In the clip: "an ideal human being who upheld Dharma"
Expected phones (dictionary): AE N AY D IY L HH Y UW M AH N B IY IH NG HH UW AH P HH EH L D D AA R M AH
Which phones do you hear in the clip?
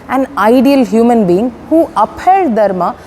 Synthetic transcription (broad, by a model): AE N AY D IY L HH Y UW M AH N B IY IH NG HH UW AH P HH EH D D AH R M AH